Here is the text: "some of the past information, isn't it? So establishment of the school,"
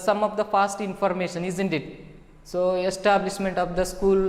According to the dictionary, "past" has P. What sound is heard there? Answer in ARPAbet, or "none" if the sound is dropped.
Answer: F